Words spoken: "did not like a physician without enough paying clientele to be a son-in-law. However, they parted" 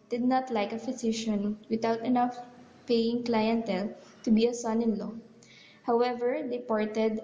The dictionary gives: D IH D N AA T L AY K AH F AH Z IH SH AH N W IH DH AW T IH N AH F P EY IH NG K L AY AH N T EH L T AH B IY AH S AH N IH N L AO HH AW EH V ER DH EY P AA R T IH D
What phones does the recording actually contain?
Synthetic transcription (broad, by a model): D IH D N AA T L AY K AH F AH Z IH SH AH N W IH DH AW T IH N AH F P EY IH NG K L AY AH N T EH L T AH B IY AH S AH N IH N L AO HH AW EH V ER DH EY P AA R T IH D